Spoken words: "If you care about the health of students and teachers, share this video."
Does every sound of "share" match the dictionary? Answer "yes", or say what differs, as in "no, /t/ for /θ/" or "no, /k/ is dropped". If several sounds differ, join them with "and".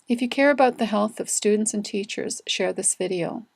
yes